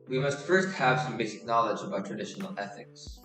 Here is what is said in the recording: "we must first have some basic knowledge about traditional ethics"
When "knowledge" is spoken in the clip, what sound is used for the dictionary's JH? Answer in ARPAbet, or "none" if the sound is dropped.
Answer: JH